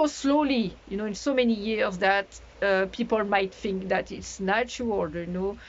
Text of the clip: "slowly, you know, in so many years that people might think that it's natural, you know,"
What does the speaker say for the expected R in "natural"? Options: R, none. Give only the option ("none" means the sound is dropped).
none